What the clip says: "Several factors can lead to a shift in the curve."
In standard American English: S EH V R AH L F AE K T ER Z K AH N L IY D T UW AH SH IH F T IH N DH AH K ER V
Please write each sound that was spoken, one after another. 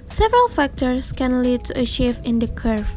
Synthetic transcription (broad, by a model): S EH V R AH L F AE K T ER S K AH N L IY D T UW AH SH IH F IH N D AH K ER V